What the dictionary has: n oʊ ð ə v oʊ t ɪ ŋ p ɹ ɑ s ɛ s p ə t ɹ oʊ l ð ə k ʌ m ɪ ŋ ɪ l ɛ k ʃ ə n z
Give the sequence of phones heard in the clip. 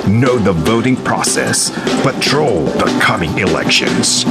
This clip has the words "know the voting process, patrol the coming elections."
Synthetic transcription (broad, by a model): n oʊ ð ə v oʊ t ɪ ŋ p ɹ ɑ s ɛ s b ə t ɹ oʊ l ð ə k ʌ m ɪ ŋ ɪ l ɛ k ʃ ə n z